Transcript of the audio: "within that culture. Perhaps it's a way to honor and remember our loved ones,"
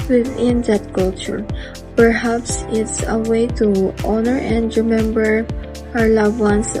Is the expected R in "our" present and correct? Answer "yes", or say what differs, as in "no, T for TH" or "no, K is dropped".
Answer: yes